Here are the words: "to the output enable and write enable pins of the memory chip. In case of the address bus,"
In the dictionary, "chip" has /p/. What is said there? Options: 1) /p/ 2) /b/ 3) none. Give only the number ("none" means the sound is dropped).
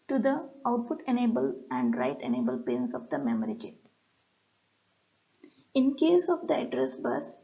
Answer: 3